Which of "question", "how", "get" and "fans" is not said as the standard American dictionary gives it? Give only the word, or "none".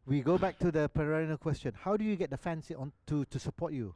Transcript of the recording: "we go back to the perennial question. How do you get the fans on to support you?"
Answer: fans